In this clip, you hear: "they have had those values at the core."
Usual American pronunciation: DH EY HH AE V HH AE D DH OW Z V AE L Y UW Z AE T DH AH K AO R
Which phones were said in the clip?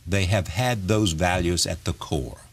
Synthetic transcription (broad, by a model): DH EY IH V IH D DH OW Z V AE L Y UW Z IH T DH AH K AO R